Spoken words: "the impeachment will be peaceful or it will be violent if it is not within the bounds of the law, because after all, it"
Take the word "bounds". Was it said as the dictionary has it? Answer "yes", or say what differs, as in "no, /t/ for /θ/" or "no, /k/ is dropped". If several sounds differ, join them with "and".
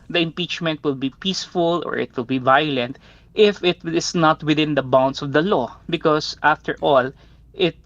no, /s/ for /z/